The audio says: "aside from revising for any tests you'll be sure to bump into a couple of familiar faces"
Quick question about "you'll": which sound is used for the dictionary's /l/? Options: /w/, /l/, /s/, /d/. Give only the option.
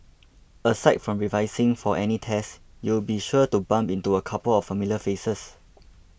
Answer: /w/